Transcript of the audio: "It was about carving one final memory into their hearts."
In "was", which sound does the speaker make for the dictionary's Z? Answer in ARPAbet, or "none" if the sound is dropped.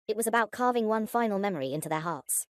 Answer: Z